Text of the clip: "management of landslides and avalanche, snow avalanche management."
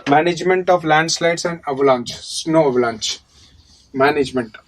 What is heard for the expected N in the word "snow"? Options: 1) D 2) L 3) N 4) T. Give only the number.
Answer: 3